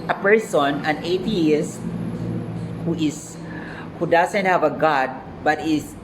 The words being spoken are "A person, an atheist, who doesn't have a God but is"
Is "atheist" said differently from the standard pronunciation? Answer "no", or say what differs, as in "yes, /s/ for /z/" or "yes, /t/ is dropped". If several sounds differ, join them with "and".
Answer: yes, /t/ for /θ/